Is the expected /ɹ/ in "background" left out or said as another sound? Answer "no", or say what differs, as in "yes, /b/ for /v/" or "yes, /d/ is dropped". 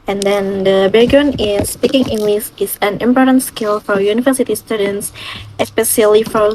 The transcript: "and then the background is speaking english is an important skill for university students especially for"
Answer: yes, /ɹ/ is dropped